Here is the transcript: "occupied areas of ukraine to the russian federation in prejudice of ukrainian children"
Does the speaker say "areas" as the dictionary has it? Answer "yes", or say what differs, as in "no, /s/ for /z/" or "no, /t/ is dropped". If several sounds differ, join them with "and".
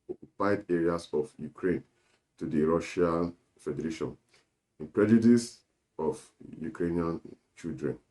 no, /s/ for /z/